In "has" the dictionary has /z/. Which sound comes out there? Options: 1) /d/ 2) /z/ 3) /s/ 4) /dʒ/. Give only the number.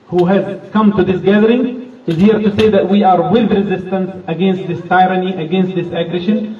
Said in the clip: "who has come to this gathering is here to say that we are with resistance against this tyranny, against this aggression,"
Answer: 2